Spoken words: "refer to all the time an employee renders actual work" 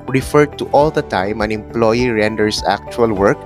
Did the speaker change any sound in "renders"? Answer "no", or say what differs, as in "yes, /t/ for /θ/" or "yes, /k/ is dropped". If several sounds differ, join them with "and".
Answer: yes, /s/ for /z/